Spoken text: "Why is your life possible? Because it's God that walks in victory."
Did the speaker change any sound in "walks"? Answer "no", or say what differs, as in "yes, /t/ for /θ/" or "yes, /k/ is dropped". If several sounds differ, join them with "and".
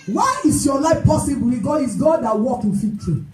yes, /s/ is dropped